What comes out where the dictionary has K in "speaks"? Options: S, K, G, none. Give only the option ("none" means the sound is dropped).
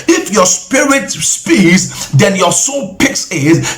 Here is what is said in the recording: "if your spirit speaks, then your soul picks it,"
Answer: none